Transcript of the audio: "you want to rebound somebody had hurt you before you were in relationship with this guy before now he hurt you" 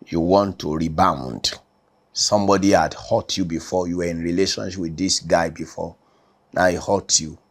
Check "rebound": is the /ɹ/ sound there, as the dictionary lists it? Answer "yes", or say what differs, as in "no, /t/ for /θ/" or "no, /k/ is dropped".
yes